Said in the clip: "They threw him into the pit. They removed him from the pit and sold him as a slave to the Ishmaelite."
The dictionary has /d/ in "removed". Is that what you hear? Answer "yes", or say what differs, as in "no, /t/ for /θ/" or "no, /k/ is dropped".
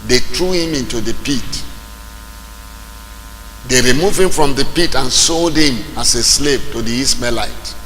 no, /d/ is dropped